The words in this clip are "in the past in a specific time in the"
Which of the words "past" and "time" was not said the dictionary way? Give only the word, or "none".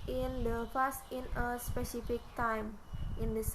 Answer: past